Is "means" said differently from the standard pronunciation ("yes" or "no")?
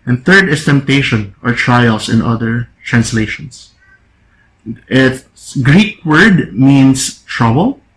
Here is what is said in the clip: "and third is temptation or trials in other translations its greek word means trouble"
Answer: yes